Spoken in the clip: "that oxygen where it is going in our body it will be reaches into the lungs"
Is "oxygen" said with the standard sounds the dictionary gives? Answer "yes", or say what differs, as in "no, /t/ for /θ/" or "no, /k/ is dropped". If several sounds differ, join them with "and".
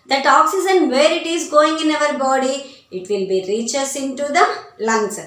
no, /z/ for /dʒ/